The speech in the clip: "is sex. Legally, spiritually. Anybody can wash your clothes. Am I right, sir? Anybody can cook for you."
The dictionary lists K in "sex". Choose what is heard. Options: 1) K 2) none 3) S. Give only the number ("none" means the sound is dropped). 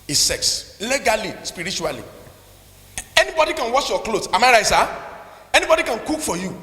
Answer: 1